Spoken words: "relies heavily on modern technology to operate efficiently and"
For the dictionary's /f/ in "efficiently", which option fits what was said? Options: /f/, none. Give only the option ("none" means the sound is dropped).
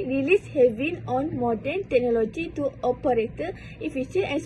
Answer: none